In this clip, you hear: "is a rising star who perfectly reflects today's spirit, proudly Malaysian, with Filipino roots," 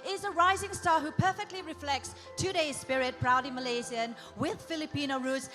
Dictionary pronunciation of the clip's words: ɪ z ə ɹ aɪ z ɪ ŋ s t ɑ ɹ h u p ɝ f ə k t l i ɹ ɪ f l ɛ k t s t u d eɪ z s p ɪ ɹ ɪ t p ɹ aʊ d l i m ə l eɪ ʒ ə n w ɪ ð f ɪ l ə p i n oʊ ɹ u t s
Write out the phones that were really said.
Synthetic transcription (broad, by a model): ɪ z ə ɹ aɪ z ɪ ŋ s t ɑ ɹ h u p ɝ f ə k t l i ɹ ɪ f l ɛ k t s t u d eɪ z s p ɪ ɹ ɪ t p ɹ aʊ d i m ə l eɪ z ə n w ɪ ð f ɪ l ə p i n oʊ ɹ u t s